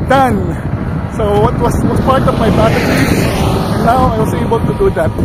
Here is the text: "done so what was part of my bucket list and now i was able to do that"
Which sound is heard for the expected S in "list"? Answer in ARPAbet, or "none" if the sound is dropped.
none